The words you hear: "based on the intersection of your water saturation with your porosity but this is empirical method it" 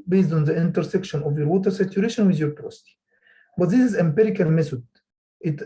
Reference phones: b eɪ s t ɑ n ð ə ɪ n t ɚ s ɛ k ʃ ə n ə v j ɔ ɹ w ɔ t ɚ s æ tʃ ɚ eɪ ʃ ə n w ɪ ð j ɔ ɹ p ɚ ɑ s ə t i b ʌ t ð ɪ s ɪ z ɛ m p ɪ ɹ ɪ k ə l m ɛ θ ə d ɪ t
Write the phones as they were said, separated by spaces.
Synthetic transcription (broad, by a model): b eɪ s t ɑ n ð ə ɪ n t ɚ s ɛ k ʃ ə n ə v j ɔ ɹ w ɔ t ɚ s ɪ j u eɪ ʃ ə n w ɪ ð j ɔ ɹ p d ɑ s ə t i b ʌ t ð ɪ s ɪ z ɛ m p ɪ ɹ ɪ k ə l m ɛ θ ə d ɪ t